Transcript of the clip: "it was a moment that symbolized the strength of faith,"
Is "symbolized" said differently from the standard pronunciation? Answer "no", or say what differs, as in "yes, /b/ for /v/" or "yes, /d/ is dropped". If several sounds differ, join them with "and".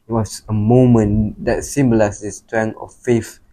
yes, /s/ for /z/